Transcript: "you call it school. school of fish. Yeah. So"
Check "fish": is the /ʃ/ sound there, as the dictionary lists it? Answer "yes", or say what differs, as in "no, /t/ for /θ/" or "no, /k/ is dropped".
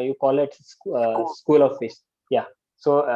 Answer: no, /s/ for /ʃ/